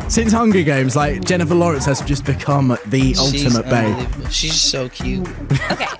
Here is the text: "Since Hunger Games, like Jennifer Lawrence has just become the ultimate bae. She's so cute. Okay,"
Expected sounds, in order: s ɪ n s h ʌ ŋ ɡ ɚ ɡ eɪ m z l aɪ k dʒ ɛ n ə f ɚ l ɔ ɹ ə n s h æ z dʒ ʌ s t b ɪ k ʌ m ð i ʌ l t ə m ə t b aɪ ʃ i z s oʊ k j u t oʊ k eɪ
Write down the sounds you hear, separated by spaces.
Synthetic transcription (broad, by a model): s ɪ n s h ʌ ŋ ɡ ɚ ɡ eɪ m z l aɪ k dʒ ɛ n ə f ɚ l ɔ ɹ ə n s h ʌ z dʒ ʌ s b ɪ k ʌ m ð i ʌ l t ə m ə t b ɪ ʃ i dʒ s oʊ k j u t